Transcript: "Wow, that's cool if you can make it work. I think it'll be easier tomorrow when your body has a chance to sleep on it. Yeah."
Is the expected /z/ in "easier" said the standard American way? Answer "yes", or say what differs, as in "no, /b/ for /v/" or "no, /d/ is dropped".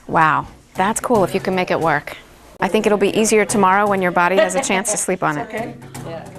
yes